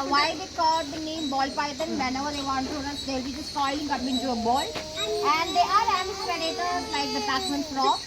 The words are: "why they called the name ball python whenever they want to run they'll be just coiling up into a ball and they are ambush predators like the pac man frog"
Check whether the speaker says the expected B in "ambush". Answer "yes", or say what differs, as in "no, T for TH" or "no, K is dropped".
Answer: no, B is dropped